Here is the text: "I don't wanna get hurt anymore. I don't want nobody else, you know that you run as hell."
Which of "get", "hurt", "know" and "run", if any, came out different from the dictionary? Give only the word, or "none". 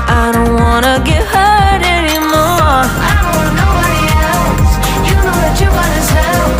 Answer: run